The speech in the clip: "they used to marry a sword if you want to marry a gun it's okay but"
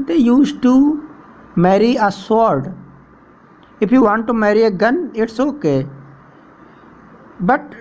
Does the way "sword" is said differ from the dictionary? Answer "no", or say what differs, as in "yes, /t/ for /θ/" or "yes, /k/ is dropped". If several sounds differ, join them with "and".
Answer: no